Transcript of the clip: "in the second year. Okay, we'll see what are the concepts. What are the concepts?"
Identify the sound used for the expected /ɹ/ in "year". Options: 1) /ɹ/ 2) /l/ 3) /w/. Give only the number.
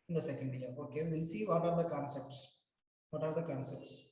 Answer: 2